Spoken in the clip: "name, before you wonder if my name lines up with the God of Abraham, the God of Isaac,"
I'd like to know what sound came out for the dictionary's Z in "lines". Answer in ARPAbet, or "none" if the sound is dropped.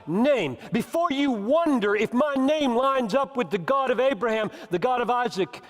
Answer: Z